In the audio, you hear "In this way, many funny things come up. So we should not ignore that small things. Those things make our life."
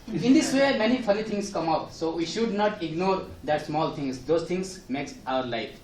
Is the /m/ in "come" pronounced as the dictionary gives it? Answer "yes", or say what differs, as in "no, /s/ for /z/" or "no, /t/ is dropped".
yes